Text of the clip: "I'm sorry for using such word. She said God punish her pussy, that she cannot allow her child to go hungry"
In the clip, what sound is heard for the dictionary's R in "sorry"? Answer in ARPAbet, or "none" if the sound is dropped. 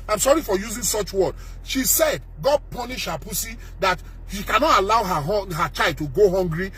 R